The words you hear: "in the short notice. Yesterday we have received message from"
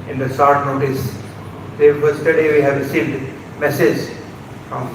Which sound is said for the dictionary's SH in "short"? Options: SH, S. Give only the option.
S